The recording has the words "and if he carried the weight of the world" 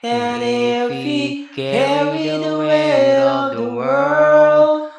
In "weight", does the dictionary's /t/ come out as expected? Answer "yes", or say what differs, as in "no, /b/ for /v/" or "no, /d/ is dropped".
no, /t/ is dropped